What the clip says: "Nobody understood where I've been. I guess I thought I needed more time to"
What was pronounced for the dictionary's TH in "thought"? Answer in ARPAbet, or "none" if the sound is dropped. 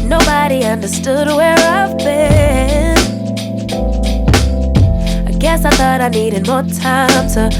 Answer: TH